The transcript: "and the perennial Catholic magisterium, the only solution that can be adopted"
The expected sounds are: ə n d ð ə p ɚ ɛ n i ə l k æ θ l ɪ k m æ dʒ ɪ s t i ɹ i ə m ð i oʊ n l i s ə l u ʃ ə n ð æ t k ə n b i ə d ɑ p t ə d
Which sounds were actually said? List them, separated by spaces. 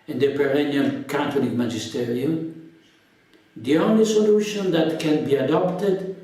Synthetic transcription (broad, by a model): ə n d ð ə p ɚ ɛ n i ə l k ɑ t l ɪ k m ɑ dʒ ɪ s t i ɹ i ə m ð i oʊ n l i s ə l u ʃ ə n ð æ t k ə n b i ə d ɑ p t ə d